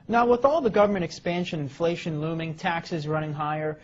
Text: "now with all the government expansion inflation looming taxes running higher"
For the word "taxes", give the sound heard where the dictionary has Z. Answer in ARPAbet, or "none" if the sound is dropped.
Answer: Z